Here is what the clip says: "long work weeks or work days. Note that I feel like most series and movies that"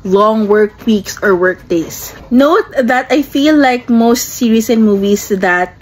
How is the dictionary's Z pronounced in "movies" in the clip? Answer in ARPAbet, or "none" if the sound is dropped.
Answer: S